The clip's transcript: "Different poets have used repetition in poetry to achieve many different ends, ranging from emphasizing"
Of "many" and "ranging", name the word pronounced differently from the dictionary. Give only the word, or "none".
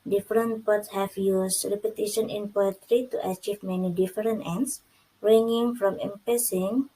ranging